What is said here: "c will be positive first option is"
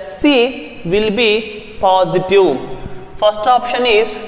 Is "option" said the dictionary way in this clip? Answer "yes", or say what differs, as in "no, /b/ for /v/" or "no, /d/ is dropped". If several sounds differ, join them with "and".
yes